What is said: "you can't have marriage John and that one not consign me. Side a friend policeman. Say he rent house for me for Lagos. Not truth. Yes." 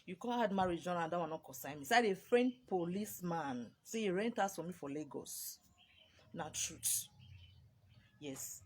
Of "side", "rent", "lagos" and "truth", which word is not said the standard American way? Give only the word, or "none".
truth